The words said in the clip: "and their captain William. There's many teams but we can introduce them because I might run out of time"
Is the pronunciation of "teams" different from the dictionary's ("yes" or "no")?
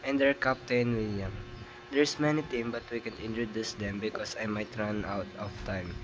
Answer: yes